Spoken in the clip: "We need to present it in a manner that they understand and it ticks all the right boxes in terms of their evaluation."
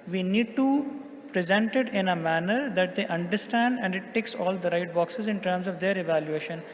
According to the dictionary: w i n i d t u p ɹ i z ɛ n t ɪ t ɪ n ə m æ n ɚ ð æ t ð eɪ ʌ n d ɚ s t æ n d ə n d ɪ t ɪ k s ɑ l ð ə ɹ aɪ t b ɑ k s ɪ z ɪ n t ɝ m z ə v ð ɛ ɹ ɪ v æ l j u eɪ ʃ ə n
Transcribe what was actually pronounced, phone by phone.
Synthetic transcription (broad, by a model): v i n i d t u p ɹ i z ɛ n t ɪ t ɪ n ə m æ n ɚ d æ t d eɪ ʌ n d ɚ s t æ n d ə n d ɪ t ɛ k s ɑ l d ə ɹ aɪ t b ɑ k s ɪ z ɪ n t ɝ m z ə v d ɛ ɹ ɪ v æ l j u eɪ ʃ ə n